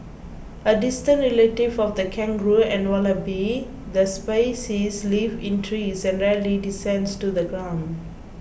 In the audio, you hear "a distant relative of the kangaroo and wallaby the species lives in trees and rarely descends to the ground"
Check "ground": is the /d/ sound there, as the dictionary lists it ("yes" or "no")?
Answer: yes